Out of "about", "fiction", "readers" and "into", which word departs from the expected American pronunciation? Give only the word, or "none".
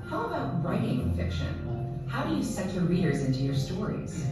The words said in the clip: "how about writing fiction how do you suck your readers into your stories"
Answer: none